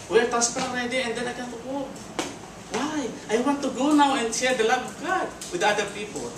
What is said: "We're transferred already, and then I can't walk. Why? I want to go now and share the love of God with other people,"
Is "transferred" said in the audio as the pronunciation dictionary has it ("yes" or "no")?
no